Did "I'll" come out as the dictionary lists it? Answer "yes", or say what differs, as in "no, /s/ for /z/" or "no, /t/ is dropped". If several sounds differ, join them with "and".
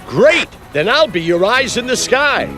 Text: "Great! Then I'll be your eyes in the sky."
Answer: yes